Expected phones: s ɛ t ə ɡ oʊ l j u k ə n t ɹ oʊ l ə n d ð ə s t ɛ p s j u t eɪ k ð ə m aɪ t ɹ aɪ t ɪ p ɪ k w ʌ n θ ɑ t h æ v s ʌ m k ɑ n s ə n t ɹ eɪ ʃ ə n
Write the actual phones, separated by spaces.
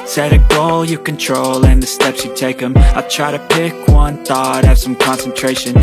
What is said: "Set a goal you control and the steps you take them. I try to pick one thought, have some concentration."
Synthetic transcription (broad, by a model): s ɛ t ə ɡ oʊ l j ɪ k ə n t ɹ oʊ l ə n ð ə s t ɛ p s j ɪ t eɪ k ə m aɪ t ɹ aɪ t ɪ p ɪ k w ʌ n θ ɑ t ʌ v s ʌ m k ɑ n s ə n t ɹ eɪ ʃ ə n